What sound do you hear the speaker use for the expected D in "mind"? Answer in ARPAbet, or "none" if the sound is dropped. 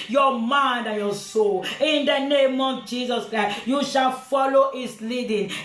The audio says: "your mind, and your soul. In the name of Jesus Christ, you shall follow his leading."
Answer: D